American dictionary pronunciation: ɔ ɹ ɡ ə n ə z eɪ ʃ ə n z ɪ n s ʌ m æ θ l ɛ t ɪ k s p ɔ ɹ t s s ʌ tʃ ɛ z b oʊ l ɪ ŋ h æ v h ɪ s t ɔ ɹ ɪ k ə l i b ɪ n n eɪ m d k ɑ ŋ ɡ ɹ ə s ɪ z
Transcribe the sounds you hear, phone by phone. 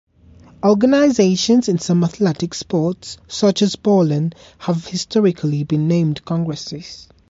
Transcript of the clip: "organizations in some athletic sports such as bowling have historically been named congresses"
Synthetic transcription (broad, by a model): ɔ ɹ ɡ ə n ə z eɪ ʃ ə n z ɪ n s ʌ m æ θ l ɛ t ɪ k s p ɔ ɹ t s s ʌ tʃ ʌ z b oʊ l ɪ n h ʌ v h ɪ s t ɔ ɹ ɪ k ə l i b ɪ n n eɪ m d k ɑ ŋ ɡ ɹ ə s ɪ z